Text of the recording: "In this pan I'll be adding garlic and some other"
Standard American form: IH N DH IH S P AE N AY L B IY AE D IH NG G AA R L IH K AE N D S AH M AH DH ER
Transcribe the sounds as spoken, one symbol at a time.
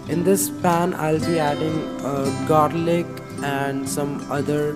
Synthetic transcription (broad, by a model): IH N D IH S P AE N AY L B IY AE D IH NG G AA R L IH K AE N D S AH M AH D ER